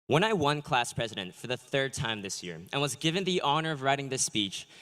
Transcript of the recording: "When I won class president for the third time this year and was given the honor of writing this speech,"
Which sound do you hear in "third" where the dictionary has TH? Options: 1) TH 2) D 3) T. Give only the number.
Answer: 1